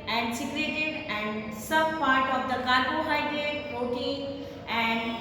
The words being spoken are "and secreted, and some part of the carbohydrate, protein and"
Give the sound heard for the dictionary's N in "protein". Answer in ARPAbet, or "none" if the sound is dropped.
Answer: none